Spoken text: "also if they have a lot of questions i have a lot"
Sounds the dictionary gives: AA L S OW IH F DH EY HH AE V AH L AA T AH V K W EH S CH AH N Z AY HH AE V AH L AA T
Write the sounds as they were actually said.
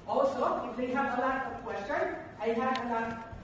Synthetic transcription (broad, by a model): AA L S OW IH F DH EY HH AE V AH L AA T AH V K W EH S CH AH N AY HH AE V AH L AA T